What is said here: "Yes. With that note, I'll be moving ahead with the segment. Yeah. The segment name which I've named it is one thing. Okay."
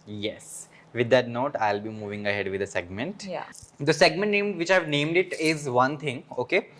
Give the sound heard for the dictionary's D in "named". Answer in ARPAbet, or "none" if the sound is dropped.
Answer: D